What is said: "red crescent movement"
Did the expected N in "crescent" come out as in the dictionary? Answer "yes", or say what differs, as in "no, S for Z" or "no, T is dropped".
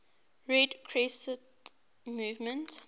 no, N is dropped